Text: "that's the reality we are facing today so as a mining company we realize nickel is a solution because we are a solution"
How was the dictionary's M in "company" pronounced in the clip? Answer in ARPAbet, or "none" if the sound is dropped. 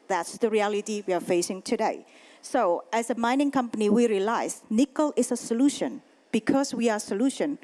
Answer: M